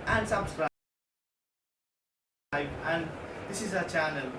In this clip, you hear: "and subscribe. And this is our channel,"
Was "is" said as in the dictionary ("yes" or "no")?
yes